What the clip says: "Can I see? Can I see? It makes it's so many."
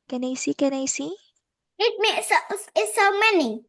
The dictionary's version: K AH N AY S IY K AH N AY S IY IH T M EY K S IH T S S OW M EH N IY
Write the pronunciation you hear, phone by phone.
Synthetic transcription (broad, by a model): K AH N AY S IY K AH N AY S IY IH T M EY S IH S S OW M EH N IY